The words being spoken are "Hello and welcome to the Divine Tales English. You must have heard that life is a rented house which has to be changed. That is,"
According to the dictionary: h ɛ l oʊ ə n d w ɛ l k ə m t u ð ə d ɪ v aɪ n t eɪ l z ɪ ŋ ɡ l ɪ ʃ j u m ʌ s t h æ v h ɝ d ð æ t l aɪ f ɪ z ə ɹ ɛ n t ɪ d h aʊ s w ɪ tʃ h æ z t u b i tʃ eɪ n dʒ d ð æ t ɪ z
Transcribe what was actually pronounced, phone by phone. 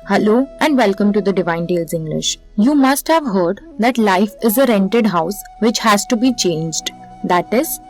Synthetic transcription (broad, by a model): h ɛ l oʊ ə n d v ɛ l k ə m t u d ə d ɪ v aɪ n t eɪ l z ɪ ŋ ɡ l ɪ ʃ j u m ʌ s t h æ v h ɝ d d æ t l aɪ f ɪ z ə ɹ ɛ n t ɪ d h aʊ s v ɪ tʃ h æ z t u b i tʃ eɪ n dʒ d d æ t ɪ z